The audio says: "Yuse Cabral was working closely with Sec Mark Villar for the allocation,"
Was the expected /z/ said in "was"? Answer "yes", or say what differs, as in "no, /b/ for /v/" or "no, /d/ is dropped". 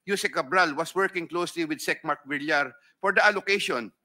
no, /s/ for /z/